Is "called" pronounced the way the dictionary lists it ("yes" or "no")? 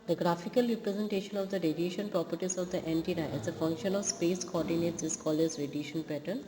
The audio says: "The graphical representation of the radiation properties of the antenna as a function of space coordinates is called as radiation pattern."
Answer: no